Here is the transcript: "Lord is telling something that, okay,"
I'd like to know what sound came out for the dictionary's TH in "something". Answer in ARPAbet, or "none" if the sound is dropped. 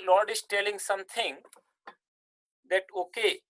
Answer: T